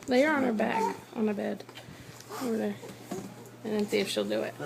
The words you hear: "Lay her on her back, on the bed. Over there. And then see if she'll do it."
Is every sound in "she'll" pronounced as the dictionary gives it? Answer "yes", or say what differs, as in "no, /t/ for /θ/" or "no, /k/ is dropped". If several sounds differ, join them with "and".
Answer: yes